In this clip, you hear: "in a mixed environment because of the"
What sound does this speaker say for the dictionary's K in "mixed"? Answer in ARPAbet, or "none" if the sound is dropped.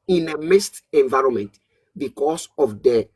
none